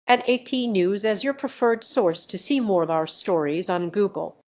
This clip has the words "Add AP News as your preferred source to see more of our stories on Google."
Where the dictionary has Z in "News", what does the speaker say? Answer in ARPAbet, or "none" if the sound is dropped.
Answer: Z